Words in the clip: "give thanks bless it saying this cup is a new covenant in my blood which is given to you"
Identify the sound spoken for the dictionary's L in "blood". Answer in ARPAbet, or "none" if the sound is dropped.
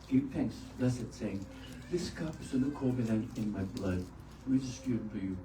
L